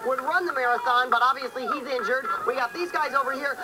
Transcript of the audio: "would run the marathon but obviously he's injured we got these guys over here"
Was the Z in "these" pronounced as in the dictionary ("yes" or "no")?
yes